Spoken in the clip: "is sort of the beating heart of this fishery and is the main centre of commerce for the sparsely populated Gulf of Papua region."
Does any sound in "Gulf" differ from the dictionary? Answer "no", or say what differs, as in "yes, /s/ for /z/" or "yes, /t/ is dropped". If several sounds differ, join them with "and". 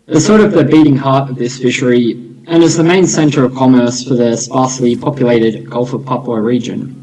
no